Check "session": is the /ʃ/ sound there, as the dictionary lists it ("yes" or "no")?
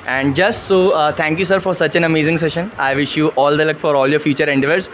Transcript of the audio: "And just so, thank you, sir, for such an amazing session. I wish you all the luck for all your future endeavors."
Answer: yes